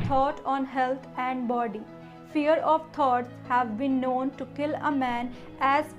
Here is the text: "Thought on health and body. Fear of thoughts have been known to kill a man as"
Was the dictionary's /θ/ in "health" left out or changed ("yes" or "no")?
yes